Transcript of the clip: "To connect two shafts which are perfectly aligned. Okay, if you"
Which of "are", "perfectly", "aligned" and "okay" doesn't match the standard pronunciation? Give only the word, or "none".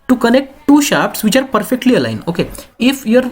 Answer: aligned